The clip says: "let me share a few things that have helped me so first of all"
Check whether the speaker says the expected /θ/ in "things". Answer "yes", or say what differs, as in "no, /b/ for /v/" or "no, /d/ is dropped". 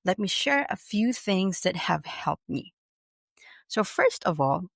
yes